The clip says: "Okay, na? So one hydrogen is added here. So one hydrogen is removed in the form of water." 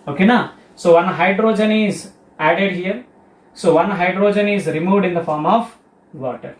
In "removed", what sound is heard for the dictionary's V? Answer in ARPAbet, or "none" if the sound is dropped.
V